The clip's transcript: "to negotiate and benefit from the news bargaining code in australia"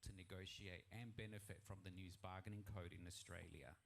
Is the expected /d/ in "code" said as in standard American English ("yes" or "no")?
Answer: yes